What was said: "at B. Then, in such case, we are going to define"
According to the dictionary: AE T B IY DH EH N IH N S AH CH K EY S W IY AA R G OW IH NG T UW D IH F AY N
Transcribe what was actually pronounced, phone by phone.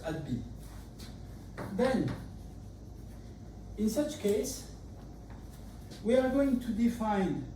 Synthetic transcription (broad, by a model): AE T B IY DH EH N IH N S AH CH K EY S W IY AA R G OW IH NG T UW D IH F AY N